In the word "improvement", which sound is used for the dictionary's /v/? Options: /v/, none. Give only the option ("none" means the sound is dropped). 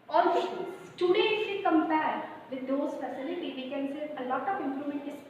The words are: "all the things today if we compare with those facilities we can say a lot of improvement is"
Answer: none